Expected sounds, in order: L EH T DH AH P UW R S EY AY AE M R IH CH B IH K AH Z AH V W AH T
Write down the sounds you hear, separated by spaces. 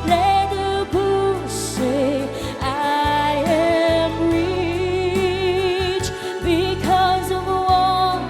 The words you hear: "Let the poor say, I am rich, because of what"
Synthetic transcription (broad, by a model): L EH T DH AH B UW S EY AY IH M R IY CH B IH K AH Z AH V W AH